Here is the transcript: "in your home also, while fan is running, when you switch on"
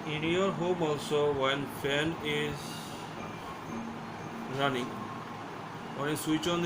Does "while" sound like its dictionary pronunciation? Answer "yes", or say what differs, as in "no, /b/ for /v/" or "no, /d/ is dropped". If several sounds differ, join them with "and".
no, /n/ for /l/